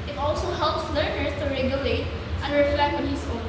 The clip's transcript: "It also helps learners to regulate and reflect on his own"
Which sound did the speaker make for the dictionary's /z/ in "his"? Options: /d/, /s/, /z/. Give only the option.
/s/